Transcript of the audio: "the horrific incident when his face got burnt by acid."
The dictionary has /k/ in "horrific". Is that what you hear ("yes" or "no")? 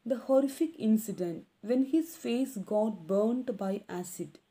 yes